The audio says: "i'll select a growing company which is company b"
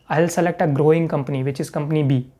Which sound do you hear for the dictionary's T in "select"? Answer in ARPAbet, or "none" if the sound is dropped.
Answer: T